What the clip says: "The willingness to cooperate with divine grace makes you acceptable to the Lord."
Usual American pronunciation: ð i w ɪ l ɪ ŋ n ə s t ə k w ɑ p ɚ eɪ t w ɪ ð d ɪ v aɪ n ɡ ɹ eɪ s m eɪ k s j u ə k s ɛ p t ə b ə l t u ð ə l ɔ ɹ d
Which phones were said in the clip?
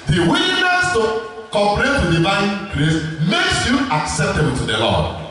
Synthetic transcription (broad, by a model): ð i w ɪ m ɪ n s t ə k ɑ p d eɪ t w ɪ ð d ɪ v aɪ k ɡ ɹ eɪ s m eɪ k s j u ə k s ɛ p t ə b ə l t u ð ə l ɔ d